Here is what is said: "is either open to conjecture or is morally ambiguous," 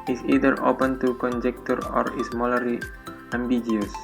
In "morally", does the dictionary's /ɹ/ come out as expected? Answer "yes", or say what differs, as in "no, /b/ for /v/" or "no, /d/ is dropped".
no, /l/ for /ɹ/